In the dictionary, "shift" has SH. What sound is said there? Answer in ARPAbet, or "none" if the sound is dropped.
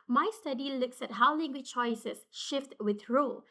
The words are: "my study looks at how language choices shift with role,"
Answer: SH